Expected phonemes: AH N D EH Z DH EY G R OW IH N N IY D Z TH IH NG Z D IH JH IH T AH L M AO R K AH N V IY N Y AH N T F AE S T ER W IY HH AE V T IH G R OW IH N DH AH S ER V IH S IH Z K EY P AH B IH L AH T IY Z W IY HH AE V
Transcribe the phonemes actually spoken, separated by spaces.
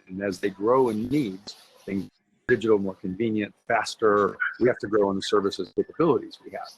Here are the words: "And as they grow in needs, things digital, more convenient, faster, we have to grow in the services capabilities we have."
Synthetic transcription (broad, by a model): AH N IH Z DH EY G R OW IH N N IY D Z TH IH NG Z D IH JH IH T L M AO R K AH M V IY N Y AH N T F AE S T ER W IY HH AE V T IH G R OW IH N DH AH S ER V IH S IH Z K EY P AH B IH L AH T IY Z W IY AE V